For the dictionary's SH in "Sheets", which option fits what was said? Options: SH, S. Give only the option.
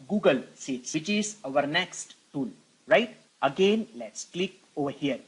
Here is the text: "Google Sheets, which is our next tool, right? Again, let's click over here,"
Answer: S